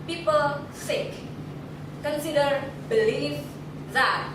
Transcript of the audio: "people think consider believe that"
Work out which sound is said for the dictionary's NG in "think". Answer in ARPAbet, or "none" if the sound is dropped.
none